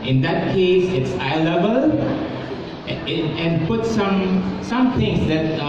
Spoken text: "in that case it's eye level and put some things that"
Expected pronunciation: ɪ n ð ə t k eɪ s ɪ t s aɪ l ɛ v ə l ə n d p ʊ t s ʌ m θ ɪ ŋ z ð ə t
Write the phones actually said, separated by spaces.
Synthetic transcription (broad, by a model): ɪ n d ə t k eɪ s ɪ t s aɪ l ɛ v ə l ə n p ʊ t s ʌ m s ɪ ŋ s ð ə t